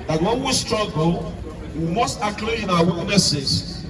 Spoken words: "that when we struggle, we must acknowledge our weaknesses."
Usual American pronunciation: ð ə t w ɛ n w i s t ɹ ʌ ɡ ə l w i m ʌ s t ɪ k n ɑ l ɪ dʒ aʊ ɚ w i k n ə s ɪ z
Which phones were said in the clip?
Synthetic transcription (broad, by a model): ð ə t w ɛ n w i s t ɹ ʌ ɡ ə l w i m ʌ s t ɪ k l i ɪ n aʊ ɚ w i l n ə s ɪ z